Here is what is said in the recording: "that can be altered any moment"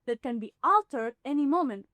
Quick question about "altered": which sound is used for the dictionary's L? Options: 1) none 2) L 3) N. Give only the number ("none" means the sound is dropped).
2